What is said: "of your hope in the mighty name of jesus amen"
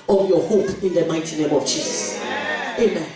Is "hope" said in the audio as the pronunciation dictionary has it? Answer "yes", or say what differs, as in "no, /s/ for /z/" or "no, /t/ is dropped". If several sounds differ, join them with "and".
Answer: yes